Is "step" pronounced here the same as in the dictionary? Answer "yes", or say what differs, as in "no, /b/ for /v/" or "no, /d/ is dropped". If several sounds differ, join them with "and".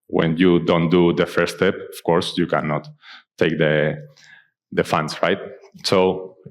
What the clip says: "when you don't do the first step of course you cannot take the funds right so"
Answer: yes